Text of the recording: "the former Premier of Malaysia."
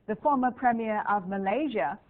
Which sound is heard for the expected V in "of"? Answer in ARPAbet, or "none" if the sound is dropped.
V